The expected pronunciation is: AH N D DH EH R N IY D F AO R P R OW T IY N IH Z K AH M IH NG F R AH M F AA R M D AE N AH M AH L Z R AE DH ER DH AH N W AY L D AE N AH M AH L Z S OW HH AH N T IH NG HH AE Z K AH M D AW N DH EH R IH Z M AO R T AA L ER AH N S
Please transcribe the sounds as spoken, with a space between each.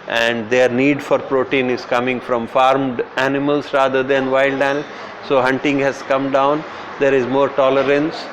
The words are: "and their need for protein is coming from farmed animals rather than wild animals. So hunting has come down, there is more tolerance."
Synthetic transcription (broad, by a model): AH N D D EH R N IY D F AO R P R OW T IY N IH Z K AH M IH NG F R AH M F AA R M D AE N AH M AH L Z R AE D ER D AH N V AY L D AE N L S OW HH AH N T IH NG HH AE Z K AH M D AW N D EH R IH Z M AO R T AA L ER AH N S